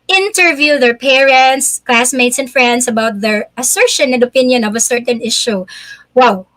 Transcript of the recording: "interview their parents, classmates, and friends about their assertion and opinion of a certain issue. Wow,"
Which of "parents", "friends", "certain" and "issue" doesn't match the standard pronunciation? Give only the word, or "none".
friends